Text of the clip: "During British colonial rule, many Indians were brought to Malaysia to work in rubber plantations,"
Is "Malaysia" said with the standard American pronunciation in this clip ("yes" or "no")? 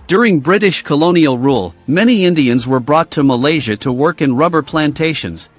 yes